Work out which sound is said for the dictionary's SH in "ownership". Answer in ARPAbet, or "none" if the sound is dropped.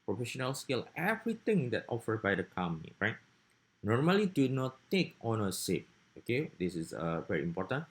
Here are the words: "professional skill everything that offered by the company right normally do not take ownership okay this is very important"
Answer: S